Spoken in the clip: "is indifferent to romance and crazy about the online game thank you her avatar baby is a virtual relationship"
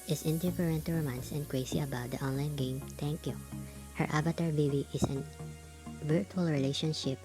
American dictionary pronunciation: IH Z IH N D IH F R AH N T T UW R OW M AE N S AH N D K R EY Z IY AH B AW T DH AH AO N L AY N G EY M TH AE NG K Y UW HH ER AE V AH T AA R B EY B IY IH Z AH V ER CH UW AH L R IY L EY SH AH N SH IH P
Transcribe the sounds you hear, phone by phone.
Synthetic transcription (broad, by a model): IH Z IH N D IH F R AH N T T UW R OW M AE N S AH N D K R EY S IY AH B AW T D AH AO N L AY N G EY M T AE NG K Y UW HH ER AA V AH T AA R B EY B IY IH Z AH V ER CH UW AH L R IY L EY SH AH N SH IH P